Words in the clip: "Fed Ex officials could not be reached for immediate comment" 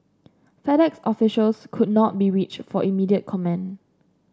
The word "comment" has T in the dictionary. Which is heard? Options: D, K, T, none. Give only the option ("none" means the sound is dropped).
none